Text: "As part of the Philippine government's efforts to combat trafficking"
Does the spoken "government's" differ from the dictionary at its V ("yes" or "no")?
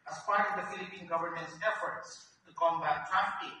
no